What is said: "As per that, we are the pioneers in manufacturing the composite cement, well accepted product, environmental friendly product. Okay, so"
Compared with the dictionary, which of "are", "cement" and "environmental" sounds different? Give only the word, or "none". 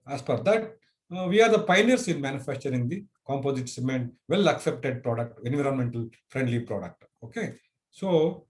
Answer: none